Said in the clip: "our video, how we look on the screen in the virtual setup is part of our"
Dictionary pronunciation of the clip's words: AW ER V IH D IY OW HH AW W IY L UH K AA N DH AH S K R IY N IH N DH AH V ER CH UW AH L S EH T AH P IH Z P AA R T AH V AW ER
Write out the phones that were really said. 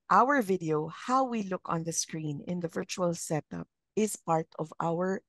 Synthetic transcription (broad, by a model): AW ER V IH D IY OW HH AW W IY L UH K AA N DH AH S K R IY N IH N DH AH V ER CH UW AH L S EH T AH P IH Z P AA R T AH V AW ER